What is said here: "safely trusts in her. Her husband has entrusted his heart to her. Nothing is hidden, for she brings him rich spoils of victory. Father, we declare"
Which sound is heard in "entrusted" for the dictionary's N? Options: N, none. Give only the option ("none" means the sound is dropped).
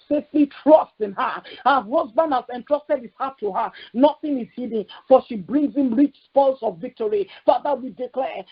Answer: N